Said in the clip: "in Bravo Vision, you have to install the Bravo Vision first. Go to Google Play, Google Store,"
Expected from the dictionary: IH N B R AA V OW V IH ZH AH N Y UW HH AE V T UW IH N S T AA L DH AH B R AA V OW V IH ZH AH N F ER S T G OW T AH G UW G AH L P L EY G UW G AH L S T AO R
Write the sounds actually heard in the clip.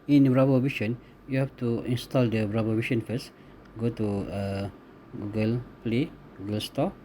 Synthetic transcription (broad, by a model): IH N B R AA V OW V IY SH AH N Y UW HH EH F T UW IH N S T AA L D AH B R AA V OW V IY SH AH N F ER S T G OW T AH G UW G AH L P L EY G UW G AH L S T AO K